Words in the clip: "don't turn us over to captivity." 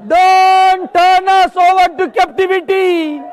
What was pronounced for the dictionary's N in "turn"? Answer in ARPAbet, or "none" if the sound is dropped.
N